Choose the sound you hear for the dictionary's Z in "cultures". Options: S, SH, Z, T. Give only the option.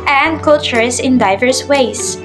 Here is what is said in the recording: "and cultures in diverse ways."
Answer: S